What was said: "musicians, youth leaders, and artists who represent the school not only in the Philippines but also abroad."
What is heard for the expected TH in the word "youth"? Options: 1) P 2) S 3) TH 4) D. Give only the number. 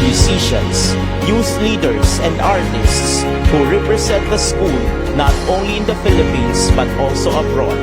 2